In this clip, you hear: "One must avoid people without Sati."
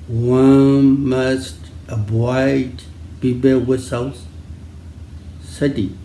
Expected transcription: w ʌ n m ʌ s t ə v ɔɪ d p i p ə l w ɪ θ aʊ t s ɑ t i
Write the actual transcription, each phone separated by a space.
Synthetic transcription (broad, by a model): w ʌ n m ʌ s t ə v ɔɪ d b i b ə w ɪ s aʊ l s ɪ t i